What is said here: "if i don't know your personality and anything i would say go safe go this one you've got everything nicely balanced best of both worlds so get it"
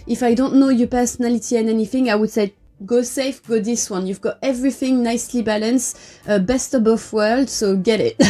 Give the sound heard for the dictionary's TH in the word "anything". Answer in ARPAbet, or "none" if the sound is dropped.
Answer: TH